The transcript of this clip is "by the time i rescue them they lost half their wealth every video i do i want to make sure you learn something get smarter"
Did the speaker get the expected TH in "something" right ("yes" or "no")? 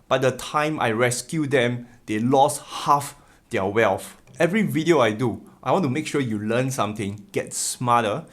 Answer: no